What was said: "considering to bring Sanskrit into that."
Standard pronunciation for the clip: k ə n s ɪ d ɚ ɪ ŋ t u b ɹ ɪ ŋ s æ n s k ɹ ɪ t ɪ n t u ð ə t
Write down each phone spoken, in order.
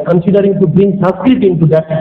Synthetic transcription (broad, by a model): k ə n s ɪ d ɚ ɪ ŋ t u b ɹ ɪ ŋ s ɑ s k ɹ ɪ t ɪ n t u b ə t